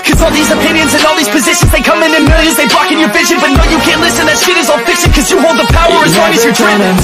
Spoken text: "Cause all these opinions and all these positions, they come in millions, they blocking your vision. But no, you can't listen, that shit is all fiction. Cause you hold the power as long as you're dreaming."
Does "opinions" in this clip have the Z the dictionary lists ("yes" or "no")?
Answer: yes